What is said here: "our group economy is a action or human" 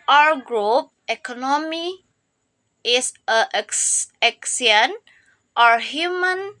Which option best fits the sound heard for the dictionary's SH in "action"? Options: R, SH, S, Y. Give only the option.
S